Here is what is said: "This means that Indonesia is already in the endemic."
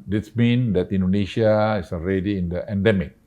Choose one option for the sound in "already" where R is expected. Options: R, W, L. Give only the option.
R